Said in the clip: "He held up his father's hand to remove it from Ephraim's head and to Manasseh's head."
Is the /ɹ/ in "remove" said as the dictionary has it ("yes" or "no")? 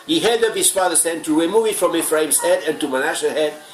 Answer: no